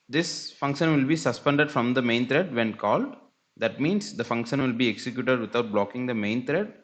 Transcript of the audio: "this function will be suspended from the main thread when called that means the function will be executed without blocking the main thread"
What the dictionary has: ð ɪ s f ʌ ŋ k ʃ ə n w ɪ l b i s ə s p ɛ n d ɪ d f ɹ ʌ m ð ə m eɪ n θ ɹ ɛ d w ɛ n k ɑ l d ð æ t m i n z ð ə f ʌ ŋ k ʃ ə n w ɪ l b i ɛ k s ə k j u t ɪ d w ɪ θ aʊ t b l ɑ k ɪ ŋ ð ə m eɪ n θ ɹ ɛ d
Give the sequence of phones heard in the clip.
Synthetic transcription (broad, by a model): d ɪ s f ʌ ŋ k ʃ ə n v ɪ l b i s ə s p ɛ n d ɪ d f ɹ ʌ m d ə m eɪ n t ɹ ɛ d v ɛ n k ɑ l d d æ t m i n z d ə f ʌ ŋ k ʃ ə n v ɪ l b i ɛ k s ə k j u t ɪ d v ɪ t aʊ t b l ɑ k ɪ ŋ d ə m eɪ n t ɹ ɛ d